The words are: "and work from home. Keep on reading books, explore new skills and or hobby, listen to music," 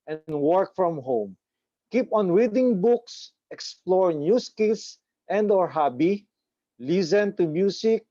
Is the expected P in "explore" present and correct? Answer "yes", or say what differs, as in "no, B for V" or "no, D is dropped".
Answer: yes